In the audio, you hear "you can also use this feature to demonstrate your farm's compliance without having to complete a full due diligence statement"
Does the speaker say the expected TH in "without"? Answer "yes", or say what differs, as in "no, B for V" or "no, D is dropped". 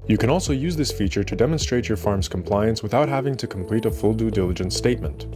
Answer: yes